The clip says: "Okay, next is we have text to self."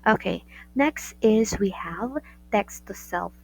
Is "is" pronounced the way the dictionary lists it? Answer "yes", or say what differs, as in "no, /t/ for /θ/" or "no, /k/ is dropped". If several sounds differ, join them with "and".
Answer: yes